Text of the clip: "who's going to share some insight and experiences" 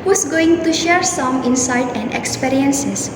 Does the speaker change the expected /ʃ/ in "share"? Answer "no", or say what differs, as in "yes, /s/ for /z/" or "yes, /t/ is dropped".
no